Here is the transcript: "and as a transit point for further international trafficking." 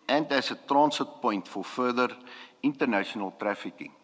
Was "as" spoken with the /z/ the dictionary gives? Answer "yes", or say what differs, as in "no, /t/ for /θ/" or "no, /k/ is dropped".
no, /s/ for /z/